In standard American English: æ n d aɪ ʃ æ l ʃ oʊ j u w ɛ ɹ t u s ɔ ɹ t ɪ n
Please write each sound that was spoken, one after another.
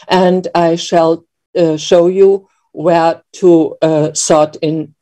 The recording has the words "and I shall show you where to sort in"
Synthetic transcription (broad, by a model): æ n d aɪ ʃ æ l ʃ oʊ j u w ɛ ɹ t u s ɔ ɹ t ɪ n